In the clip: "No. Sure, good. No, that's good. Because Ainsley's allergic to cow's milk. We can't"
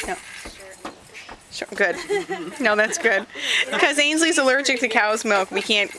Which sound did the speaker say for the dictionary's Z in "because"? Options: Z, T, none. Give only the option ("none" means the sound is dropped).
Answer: none